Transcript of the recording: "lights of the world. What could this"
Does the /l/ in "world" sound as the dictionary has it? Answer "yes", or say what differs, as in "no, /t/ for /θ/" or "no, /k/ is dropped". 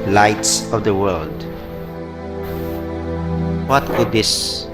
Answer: yes